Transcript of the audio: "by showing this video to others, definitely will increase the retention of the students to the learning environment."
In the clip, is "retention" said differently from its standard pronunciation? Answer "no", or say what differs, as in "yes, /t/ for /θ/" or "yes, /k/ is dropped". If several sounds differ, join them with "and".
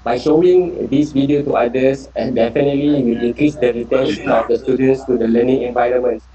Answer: yes, /s/ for /ʃ/